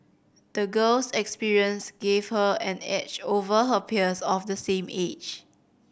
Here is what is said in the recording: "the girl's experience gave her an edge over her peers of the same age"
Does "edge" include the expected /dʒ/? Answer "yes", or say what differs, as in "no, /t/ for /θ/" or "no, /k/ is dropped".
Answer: no, /tʃ/ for /dʒ/